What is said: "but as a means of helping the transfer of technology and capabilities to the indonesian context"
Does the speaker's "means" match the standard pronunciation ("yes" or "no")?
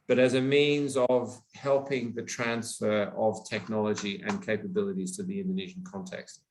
yes